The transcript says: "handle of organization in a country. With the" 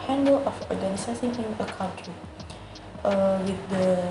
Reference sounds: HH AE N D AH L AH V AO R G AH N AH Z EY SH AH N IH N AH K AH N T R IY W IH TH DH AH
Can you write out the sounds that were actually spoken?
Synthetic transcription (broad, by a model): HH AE N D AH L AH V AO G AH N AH S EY S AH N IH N AH K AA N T R IY W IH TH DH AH